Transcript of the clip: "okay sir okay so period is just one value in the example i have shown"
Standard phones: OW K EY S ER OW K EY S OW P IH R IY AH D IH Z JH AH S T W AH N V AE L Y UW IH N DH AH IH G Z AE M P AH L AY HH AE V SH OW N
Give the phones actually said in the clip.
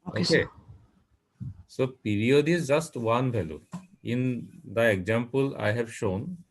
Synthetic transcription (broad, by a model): OW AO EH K EY S OW P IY R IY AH D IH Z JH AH S T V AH N B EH L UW IH N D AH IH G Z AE M P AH L AY HH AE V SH OW N